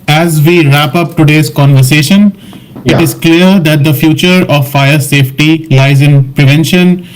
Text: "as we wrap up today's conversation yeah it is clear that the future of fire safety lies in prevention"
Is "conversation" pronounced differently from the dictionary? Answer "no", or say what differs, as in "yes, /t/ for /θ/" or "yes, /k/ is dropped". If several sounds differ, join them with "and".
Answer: no